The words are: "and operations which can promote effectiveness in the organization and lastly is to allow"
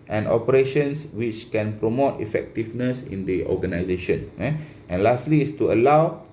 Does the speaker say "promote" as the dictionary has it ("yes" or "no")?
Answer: yes